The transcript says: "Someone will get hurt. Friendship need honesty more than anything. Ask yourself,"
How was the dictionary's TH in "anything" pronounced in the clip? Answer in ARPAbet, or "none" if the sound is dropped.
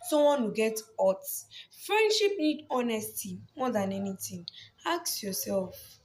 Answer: T